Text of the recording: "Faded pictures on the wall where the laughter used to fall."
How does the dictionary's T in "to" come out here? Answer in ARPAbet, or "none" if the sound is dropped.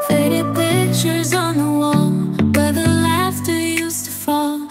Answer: T